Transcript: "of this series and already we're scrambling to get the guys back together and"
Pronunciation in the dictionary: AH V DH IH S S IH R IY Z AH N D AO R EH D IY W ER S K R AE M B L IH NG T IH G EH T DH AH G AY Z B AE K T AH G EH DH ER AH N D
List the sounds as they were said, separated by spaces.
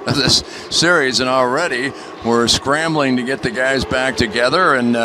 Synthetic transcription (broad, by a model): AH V DH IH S S IH R IY Z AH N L R EH D IY W ER S K R AE M B L IH NG T IH G EH T DH AH G AY Z B AE K T AH G EH DH ER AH N